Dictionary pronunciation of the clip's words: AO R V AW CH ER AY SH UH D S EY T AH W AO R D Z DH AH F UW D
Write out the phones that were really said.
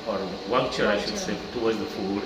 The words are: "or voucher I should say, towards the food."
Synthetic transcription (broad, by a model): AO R W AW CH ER AY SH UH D S EY T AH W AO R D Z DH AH F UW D